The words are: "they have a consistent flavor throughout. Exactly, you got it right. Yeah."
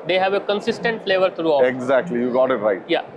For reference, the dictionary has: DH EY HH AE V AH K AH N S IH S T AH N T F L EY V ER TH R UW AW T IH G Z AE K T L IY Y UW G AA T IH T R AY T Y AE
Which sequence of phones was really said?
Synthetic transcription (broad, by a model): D EY HH AE V AH K AH N S IH S T AH N T F L EY V ER T R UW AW IH G Z AE K T L IY Y UW G AA T IH T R AY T Y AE